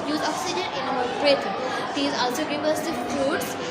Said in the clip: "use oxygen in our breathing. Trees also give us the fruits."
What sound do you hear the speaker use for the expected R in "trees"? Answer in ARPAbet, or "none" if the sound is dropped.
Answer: none